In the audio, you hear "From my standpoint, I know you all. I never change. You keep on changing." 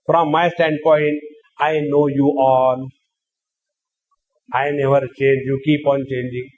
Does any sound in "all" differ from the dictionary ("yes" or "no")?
yes